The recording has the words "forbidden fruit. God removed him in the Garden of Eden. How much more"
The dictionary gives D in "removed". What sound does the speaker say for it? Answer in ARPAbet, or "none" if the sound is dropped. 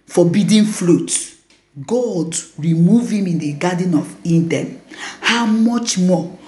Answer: none